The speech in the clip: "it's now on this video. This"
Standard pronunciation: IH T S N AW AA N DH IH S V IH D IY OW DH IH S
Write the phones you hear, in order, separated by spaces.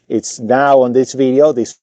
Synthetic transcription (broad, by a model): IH T S N AW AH N DH IH S V IH D IY OW DH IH S